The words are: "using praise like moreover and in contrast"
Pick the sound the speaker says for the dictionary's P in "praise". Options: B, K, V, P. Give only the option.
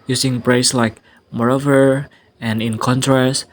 B